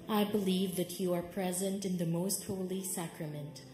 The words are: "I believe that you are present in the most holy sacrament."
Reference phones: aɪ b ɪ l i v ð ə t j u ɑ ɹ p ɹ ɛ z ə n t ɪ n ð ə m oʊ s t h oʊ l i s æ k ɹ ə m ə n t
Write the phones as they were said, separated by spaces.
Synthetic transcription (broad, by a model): aɪ b ɪ l i v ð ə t j u ɑ ɹ p ɹ ɛ z ə n t ɪ n ð ə m oʊ s t h oʊ l i s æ k ɹ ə m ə n t